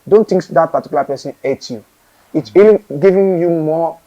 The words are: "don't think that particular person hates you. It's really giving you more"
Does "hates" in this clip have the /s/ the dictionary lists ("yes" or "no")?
no